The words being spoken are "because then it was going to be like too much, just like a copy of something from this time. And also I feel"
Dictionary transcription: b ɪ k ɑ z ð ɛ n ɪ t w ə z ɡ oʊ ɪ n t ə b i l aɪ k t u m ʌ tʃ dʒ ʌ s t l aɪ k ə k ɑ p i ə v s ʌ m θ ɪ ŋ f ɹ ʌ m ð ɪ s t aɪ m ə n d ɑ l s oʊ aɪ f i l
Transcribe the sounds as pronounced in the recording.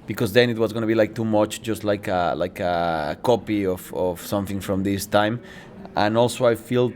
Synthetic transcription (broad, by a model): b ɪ k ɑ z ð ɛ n ɪ t w ə z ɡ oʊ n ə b i l aɪ k t u m ʌ tʃ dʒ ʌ s t l aɪ k ə k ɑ p i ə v s ʌ m θ ɪ ŋ f ɹ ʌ m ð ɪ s t aɪ m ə n ɑ l s oʊ aɪ f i l